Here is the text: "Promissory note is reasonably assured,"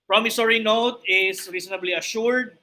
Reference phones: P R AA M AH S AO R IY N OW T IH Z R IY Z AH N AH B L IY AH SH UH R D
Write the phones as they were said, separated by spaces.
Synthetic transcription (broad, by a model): P R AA M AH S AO R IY N OW T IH S R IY S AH N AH B L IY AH SH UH R D